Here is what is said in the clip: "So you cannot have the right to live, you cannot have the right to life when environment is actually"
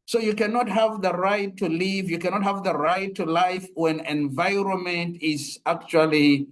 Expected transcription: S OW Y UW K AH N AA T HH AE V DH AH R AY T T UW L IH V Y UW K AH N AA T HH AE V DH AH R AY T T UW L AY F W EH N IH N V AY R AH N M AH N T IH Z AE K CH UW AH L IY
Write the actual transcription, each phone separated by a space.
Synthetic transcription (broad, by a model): S OW Y UW K AH N AA T HH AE V DH AH R AY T T UW L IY V Y UW K AH N AA T HH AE V DH AH R AY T T UW L AY F W EH N IH N V AY R AH N M AH N T IH Z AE K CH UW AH L IY